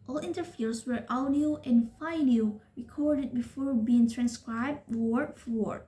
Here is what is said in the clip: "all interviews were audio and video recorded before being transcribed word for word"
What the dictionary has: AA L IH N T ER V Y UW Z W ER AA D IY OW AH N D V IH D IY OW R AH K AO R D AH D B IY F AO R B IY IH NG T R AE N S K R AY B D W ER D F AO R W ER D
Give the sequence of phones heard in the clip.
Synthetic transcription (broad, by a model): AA L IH N T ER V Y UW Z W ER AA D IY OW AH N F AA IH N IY R AH K AO R D AH D B IY F AO R B IY IH NG T R AE N S K R AY B D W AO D F AO R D